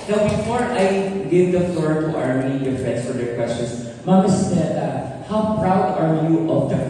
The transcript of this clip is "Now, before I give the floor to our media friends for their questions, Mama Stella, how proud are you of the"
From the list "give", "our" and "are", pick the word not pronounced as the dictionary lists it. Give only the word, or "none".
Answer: none